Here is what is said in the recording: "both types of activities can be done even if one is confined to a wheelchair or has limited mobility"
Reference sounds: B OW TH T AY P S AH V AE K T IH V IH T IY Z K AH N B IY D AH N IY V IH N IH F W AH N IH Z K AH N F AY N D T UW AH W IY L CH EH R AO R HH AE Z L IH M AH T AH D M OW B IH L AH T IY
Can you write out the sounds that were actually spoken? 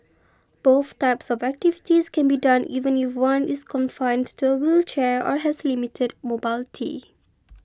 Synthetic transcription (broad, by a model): B OW TH T AY P S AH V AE K T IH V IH T IY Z K AH N B IY D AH N IY V IH N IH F W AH N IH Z K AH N F AY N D T UW AH W IY L CH EH R AO R HH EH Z L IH M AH T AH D M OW B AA L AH T IY